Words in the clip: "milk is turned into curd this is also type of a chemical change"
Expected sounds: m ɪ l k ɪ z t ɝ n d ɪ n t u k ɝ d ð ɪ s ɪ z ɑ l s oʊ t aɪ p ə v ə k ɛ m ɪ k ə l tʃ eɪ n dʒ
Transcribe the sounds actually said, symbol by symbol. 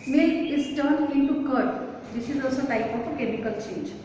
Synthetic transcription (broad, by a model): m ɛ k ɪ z t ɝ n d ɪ t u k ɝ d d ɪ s ɪ z ɑ l s oʊ t aɪ p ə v ə k ɛ m ɪ k ə l tʃ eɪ n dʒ